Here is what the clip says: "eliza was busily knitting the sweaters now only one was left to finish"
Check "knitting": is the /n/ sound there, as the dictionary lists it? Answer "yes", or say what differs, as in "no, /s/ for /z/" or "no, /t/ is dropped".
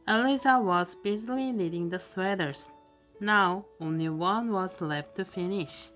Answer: no, /l/ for /n/